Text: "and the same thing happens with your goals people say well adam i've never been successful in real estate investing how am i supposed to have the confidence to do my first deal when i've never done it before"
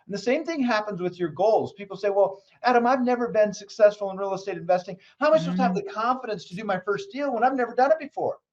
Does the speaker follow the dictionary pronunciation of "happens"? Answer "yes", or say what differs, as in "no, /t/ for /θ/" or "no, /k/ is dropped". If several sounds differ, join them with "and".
yes